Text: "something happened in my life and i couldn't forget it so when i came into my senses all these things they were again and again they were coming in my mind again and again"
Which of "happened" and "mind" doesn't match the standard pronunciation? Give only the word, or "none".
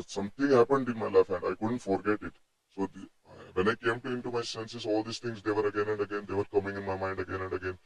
none